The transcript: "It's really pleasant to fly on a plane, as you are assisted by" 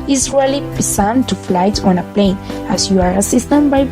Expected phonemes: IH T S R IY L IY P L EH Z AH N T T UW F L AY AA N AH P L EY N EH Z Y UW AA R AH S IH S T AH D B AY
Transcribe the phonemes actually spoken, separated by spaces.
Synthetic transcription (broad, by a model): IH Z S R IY L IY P IY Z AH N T T UW F L AY AA N AH P L EY N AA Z Y UW AA R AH S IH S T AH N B AY